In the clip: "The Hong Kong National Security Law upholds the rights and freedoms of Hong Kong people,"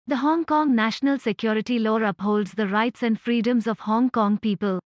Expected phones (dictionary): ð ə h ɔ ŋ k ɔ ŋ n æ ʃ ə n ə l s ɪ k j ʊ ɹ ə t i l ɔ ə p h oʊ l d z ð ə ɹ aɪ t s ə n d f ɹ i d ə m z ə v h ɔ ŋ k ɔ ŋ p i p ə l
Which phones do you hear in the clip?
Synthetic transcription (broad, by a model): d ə h ɔ ŋ k ɔ ŋ n æ ʃ ə n ə l s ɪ k j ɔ ɹ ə t i l ɔ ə p h oʊ l d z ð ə ɹ aɪ t s ə n d f ɹ i d ə m z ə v h ɔ ŋ k ɔ ŋ p i p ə l